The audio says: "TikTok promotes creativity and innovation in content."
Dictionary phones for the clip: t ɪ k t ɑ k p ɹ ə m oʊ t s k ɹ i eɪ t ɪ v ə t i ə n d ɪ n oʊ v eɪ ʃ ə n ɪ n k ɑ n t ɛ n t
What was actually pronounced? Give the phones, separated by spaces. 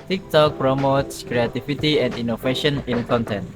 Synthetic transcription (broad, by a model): t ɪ k t ɑ k p ɹ ə m oʊ t s k ɹ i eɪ t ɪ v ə t i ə n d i n oʊ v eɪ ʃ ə n ɪ n k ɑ n t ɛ n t